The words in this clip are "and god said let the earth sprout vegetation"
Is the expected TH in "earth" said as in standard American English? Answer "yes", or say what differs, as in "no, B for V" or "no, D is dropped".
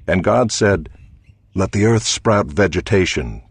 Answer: yes